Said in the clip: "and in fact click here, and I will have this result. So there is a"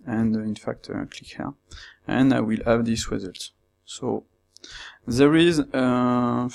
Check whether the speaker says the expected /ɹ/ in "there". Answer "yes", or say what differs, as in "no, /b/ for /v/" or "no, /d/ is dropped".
yes